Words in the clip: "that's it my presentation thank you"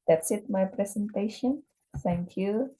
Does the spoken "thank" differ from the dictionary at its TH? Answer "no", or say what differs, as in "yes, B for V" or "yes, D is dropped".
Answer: yes, S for TH